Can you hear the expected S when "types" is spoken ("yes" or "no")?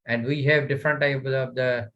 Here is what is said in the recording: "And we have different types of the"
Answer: no